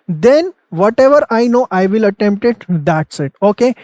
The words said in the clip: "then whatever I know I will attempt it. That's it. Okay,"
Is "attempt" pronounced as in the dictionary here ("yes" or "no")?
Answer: yes